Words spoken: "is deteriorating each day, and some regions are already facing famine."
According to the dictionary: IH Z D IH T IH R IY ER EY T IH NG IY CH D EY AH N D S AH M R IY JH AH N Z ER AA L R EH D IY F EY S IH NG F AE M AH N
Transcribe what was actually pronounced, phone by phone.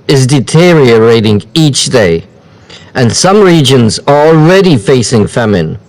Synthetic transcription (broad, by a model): IH Z D IH T IH R IY ER EY T IH NG IY CH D EY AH N S AH M R IY JH AH N Z ER AA L R EH D IY F EY S IH NG F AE M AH N